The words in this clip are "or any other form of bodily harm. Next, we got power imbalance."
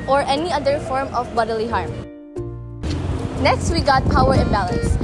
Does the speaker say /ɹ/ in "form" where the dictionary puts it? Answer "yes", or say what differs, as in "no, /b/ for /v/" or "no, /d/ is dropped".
yes